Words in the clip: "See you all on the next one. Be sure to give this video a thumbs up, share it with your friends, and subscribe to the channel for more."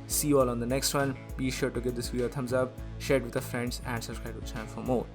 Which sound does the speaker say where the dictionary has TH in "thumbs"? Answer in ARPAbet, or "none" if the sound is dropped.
T